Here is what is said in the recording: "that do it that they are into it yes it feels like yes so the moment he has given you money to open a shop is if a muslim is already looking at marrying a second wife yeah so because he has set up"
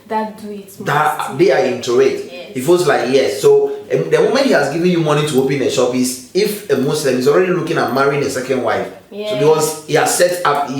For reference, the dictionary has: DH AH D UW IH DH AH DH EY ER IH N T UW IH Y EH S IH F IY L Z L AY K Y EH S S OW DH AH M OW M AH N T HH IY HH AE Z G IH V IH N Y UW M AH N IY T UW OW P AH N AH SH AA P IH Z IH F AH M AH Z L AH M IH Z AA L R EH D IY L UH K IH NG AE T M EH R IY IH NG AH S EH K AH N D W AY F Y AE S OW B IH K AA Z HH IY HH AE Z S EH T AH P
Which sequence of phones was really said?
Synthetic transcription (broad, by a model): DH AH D IH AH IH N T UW IH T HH IH F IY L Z L AY K Y EH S S OW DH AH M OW M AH N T HH IY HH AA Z G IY V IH N Y UW M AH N IY T UW OW P AH N AH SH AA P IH S IH F AH M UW S L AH M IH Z AA L R EH D IY L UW K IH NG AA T M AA R IY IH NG AH S EH K AH N D W AY F S OW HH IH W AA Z HH IY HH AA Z S EH T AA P